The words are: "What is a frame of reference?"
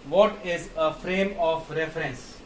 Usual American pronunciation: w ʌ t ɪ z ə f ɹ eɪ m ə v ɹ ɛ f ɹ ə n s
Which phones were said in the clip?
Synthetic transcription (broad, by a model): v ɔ t ɪ z ə f ɹ eɪ m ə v ɹ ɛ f ɹ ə n s